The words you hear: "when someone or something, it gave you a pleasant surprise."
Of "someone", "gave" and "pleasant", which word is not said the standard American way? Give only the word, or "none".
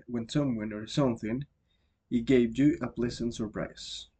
pleasant